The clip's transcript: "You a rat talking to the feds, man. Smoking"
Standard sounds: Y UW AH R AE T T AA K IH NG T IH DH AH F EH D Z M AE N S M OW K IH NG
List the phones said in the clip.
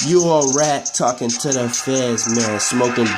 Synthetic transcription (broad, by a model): Y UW AH R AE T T AA K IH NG T IH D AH F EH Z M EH L S M OW K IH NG